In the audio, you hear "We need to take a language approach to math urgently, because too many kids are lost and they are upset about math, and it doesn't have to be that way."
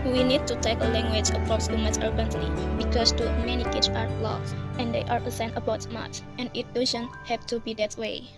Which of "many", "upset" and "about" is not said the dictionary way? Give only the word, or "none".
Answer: upset